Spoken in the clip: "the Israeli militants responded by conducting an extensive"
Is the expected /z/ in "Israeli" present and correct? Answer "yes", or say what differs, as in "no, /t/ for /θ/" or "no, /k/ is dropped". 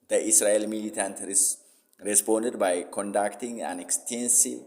no, /s/ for /z/